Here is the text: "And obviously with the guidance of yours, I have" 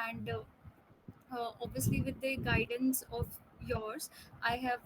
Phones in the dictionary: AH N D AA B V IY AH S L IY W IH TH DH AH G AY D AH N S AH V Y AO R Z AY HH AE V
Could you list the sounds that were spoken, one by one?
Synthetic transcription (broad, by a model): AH N D AA B V IY AH S L IY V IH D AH G AY D AH N S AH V Y AO R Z AY HH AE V